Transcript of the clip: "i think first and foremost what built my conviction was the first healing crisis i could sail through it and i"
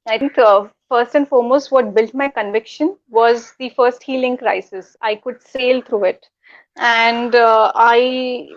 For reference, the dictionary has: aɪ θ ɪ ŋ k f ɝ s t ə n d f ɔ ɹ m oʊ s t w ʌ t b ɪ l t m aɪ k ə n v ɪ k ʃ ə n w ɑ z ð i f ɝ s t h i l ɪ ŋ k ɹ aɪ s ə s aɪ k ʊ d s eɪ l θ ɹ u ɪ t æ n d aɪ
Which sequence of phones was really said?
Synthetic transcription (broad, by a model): aɪ t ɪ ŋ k f ɝ s t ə n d f ɔ ɹ m oʊ s t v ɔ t b ɪ l t m aɪ k ə n v ɪ k ʃ ə n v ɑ z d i f ɝ s t h i l ɪ ŋ k ɹ aɪ s ə s aɪ k ʊ d s eɪ l t ɹ u ɪ t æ n d aɪ